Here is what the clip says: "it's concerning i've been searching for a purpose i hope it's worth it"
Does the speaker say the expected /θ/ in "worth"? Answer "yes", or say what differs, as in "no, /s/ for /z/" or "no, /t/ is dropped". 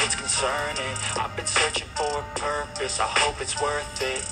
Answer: yes